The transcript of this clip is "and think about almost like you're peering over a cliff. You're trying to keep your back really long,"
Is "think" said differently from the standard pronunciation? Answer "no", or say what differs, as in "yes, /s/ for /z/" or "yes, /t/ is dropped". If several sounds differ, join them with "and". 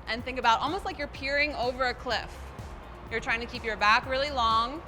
no